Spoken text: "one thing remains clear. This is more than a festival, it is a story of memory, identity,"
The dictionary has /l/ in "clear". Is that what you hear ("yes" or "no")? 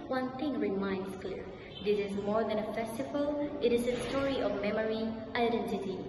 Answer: yes